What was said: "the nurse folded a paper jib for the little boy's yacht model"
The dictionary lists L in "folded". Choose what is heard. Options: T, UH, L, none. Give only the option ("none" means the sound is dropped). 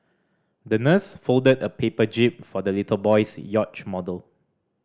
L